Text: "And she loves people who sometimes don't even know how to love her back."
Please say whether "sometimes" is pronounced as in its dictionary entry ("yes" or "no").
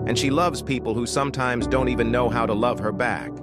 yes